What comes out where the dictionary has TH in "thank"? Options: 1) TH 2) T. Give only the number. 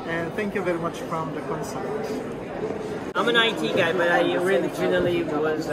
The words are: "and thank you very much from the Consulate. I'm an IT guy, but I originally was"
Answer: 1